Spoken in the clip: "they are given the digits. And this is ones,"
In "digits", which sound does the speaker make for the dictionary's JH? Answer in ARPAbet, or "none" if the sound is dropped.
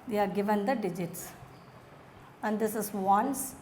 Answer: JH